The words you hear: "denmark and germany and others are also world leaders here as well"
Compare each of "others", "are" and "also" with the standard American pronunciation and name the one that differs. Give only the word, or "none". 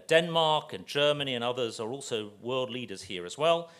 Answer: none